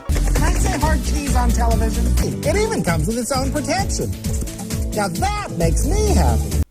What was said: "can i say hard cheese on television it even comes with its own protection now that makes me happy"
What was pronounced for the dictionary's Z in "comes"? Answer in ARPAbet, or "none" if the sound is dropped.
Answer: Z